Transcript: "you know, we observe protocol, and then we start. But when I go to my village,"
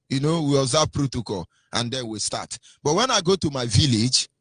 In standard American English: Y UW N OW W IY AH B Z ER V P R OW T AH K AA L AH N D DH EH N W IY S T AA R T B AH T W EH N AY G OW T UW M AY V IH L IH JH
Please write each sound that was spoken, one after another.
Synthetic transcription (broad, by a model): Y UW N OW W IY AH Z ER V P R OW T AH K AA L AH N D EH N W IY S T AA T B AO T W EH N AY G OW T UW M AY V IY L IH JH